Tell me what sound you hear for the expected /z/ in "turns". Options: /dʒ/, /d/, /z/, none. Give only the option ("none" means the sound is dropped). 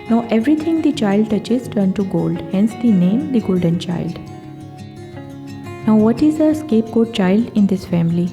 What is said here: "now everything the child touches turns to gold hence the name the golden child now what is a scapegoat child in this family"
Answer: none